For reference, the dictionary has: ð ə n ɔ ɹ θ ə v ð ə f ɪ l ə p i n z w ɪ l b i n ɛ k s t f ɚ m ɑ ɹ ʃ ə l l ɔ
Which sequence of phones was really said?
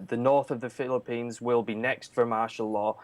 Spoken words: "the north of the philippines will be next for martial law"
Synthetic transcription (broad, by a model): ð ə n ɔ ɹ θ ə v ð ə f ɪ l ə p i n z w ɪ l b i n ɛ k s t f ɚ m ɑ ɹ ʃ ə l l ɔ